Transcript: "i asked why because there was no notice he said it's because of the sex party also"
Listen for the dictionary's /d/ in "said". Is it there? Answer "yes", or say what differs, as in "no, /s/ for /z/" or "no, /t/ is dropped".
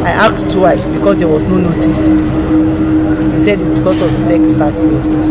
yes